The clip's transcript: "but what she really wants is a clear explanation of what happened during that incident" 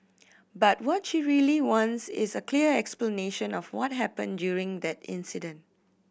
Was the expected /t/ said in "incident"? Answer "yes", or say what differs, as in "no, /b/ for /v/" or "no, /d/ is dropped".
yes